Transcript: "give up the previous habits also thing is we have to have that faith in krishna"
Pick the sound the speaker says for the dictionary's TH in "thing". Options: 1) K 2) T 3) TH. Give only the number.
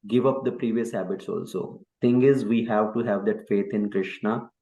2